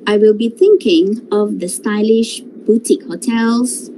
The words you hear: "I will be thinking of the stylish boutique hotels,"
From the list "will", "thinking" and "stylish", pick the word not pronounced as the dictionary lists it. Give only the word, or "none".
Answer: none